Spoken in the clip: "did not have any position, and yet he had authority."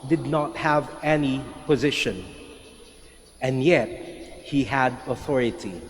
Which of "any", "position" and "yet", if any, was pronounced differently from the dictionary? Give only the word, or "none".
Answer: none